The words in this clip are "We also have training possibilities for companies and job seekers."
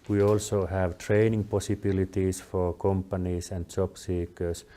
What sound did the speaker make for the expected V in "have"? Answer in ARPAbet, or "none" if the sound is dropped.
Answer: V